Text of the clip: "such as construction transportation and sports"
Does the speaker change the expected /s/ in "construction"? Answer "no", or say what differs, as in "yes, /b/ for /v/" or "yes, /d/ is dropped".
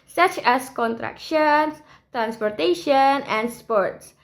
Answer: yes, /s/ is dropped